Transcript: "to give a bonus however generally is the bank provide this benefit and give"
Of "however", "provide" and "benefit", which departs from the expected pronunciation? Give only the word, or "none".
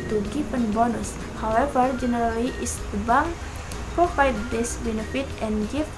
provide